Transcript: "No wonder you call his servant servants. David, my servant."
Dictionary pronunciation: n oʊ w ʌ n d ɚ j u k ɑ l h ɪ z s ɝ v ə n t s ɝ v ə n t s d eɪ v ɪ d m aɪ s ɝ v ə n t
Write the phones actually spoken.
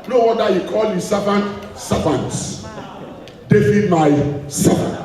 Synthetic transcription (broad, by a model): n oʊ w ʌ d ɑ j u k ɑ l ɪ s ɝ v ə n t s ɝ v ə n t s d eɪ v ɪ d m aɪ s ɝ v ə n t